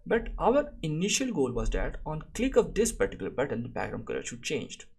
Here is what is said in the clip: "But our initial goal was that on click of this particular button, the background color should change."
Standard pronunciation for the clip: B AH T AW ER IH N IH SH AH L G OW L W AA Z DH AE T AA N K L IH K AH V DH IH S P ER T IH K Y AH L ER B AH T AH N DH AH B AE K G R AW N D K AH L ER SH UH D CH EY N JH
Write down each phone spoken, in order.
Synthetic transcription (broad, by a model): B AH T AW ER IH N IH SH AH L G OW L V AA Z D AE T AA N K L IH K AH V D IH S P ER T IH K Y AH L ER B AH T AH N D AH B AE G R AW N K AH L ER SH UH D CH EY N JH